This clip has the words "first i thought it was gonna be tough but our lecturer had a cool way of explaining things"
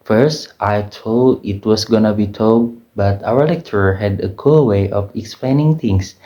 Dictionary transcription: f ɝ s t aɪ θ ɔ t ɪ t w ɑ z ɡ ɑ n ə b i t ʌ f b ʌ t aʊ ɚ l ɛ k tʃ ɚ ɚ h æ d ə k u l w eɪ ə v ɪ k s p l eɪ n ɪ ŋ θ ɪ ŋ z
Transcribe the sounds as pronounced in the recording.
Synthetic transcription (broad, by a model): f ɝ s t aɪ t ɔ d ɪ t w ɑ s ɡ ɑ n ə b i t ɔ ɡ b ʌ t aʊ ɚ l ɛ k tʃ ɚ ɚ h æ d ə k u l w eɪ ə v ɪ k s p l eɪ n ɪ ŋ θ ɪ ŋ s